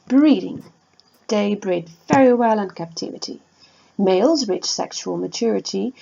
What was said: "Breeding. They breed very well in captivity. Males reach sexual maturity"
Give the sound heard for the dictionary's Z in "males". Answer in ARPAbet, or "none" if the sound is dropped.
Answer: Z